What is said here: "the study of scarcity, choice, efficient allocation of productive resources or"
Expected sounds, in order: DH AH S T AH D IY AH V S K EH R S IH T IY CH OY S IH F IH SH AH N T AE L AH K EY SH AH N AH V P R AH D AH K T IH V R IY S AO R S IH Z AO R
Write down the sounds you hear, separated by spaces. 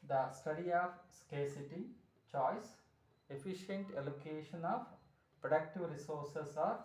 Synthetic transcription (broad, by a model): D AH S T AH D IY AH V S K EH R S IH T IY CH OY S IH F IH SH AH N T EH L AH K EY SH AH N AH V P R AH D AH K T IH V R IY S AO R S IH S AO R